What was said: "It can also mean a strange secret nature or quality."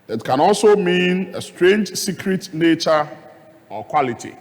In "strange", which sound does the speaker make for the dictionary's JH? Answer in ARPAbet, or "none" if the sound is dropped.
JH